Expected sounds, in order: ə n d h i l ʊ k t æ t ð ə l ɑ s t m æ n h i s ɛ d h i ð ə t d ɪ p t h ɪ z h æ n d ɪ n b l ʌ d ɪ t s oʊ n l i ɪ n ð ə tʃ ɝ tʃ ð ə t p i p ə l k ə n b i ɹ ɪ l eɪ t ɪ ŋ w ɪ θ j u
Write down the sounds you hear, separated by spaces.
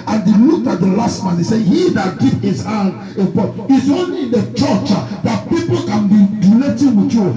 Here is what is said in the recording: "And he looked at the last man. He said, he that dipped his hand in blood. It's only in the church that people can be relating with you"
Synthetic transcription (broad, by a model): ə n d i l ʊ k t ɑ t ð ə l ɑ s t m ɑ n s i s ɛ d h i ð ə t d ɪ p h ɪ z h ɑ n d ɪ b ɔ ɪ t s oʊ n l i ɪ n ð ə tʃ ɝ tʃ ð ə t p i p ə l k ə n b i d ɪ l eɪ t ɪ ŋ w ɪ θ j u